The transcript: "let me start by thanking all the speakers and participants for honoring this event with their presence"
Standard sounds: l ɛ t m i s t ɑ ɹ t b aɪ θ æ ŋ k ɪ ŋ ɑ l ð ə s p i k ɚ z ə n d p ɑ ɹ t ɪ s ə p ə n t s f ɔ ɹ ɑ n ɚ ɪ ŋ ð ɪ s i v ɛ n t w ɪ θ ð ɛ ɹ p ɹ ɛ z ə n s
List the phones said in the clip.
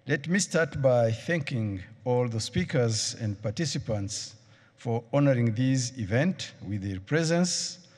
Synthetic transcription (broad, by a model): l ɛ t m i s t ɑ ɹ t b aɪ θ æ ŋ k ɪ ŋ ɑ l ð ə s p i k ɚ z ə n d p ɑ ɹ t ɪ s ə p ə n t s f ɔ ɹ ɑ n ɚ ɪ ŋ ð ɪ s i v ɛ n t w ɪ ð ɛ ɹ p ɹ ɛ z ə n s